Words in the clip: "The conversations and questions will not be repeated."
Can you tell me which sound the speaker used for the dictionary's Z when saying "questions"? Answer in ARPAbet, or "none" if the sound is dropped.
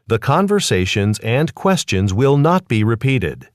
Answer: Z